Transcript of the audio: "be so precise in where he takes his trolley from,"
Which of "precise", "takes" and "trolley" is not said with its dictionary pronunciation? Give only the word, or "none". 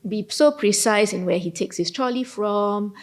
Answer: none